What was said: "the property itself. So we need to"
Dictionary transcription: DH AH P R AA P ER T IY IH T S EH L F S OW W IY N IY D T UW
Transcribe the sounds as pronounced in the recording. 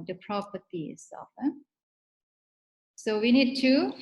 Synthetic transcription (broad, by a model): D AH P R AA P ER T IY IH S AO F S OW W IY N IY D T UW